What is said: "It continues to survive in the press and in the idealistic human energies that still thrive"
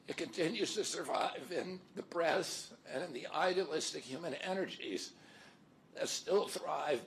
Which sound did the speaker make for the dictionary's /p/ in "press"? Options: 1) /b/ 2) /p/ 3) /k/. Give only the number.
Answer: 1